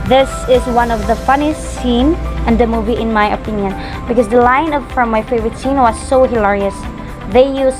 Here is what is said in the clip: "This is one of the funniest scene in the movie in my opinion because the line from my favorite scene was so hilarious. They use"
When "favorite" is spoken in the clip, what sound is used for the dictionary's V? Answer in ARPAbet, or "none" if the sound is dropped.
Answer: V